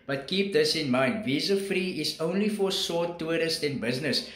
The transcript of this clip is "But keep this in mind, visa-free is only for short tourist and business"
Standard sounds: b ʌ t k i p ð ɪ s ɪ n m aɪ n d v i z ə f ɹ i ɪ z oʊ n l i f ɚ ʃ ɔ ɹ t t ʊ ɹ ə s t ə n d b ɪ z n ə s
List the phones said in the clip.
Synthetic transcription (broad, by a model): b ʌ t k i p ð ɪ s ɪ n m aɪ n d v i z ə f ɹ i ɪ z oʊ n l i f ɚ s ɔ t t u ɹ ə s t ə n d b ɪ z n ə s